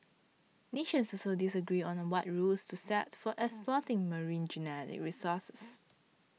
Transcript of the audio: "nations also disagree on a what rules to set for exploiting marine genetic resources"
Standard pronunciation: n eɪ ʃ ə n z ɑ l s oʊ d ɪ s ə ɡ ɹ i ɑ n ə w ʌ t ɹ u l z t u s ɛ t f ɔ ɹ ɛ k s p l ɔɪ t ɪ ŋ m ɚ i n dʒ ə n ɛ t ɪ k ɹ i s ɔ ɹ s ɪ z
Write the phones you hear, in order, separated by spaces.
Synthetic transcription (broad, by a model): n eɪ ʃ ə n s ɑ s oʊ d ɪ s ə ɡ ɹ i ɑ n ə w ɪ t ɹ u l s t u s ɛ t f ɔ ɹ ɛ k s p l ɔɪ t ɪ ŋ m ɚ i n dʒ ə n ɛ t ɪ k ɹ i s ɔ s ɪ s